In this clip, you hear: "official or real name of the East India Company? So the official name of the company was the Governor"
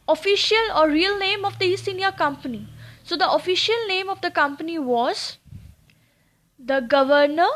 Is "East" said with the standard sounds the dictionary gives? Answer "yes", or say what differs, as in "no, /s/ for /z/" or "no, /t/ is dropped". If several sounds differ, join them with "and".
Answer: no, /t/ is dropped